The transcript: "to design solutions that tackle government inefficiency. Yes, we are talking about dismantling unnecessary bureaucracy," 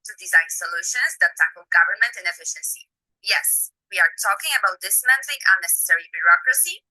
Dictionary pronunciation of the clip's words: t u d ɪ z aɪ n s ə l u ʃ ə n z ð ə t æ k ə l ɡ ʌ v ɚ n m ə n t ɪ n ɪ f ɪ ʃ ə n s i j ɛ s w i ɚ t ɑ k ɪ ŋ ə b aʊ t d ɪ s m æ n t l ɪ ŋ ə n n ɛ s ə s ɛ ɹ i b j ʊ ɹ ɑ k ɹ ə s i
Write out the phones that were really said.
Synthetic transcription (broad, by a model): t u d ɪ z aɪ n s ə l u ʃ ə n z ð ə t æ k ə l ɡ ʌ v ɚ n m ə n t ɪ n ɪ f ɪ ʃ ə n s i j ɛ s w i ɚ t ɑ k ɪ ŋ ə b aʊ t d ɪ s m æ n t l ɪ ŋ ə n n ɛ s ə s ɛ ɹ i b j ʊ ɹ ɑ k ɹ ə s i